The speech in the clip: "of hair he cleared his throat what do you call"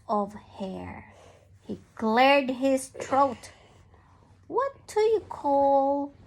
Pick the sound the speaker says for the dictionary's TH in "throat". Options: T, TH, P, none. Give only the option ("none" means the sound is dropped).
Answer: T